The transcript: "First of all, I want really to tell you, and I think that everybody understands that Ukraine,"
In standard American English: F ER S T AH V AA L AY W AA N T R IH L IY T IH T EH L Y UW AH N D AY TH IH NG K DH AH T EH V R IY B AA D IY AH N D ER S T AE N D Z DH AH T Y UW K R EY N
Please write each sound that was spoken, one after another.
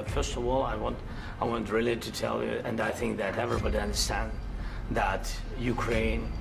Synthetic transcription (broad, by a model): F ER S T AH V AA L AY W AA N T R IH L IY T IH T EH L Y UW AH N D AY TH IH NG K DH AH T EH V R IY B AA D IY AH N D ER S T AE N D DH AH T Y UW K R EY N